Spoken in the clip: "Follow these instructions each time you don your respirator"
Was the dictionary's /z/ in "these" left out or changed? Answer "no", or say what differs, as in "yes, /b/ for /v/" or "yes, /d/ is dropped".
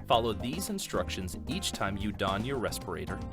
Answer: no